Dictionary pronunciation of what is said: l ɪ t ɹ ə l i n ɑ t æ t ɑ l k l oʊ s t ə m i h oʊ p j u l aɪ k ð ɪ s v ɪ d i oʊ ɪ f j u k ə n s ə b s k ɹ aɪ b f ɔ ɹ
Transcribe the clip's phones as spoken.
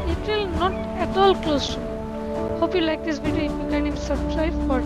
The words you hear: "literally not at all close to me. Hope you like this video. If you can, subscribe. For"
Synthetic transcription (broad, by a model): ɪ t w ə l n ɑ t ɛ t ɑ l k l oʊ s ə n h oʊ p j u l aɪ k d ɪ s b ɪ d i ɪ f j u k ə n s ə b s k ɹ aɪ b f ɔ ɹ